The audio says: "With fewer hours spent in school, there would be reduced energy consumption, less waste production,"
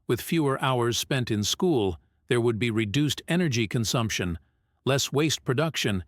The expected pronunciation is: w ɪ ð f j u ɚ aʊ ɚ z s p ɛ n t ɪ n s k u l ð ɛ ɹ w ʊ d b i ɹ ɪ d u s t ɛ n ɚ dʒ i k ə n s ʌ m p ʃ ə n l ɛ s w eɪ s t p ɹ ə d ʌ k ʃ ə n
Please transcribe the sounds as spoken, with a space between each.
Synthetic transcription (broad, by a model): w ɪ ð f j u ɚ aʊ ɚ z s p ɛ n t ɪ n s k u l ð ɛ ɹ w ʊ d b i ɹ ɪ d u s t ɛ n ɚ dʒ i k ə n s ʌ m p ʃ ə n l ɛ s w eɪ s t p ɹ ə d ʌ k ʃ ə n